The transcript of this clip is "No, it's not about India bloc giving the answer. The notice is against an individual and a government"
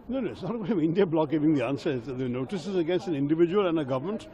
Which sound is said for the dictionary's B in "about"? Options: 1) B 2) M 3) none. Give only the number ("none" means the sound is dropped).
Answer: 3